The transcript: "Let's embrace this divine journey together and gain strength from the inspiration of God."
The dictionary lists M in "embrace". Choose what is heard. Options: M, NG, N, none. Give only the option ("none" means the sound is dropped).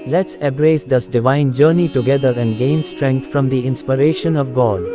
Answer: none